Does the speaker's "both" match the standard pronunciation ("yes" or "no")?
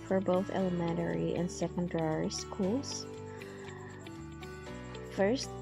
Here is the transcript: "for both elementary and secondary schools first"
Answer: yes